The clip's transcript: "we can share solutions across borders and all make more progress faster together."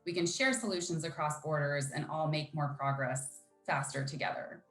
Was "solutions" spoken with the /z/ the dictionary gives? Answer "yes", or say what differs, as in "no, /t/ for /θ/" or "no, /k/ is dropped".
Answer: yes